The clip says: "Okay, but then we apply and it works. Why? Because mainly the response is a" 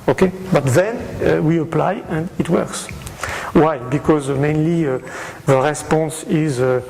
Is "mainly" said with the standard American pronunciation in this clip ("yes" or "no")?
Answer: yes